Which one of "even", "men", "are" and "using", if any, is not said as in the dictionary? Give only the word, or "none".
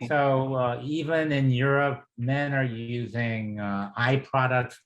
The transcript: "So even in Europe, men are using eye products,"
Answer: none